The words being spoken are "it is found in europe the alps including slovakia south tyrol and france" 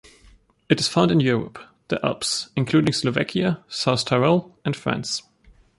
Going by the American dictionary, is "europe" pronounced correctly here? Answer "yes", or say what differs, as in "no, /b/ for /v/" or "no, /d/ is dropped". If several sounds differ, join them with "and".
yes